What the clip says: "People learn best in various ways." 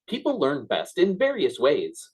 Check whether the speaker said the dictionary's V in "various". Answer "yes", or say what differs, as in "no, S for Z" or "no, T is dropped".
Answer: yes